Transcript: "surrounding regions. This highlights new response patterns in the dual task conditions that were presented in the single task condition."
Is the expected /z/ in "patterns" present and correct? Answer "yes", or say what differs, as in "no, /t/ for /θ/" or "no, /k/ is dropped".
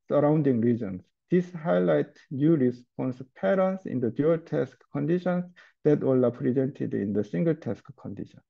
no, /s/ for /z/